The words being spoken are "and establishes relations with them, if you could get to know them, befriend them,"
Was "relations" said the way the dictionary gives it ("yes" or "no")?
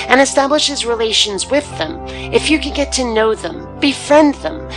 yes